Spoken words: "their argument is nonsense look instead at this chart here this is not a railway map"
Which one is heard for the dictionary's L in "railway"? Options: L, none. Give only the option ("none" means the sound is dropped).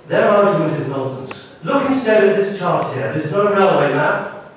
L